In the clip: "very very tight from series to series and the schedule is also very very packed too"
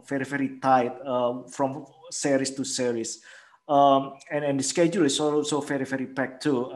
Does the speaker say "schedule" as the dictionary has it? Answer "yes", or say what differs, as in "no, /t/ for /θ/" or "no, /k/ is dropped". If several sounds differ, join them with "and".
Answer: yes